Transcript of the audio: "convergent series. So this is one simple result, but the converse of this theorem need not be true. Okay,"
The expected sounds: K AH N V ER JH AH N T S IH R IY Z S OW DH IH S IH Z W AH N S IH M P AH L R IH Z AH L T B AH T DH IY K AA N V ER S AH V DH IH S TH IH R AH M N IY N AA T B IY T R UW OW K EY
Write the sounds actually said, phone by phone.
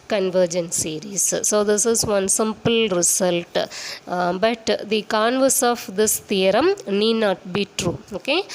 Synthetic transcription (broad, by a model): K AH N V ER JH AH N S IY R IY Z S OW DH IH S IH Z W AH N S IH M P AH L R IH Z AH L T B AH T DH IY K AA N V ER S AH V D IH S T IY R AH M N IY N AA T B IY T R UW OW K EY